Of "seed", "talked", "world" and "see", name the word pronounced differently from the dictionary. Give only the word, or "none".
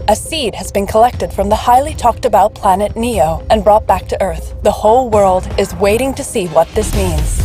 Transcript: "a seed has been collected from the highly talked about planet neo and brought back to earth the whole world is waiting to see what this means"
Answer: none